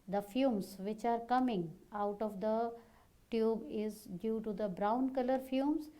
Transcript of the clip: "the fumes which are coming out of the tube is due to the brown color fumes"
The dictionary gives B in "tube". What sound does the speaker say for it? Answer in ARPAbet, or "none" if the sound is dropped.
B